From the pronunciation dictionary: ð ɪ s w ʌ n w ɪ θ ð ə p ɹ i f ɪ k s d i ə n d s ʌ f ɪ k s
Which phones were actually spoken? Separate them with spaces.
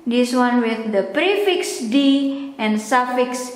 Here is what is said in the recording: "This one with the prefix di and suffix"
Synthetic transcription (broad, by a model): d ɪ s w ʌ n w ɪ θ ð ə p ɹ i f ɪ k s d i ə n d s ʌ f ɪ k s